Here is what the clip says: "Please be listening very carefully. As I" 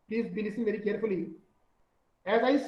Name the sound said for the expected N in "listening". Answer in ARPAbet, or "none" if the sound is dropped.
none